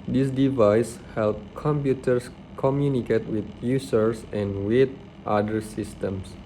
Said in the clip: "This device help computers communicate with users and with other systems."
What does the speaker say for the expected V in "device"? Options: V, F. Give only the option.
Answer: V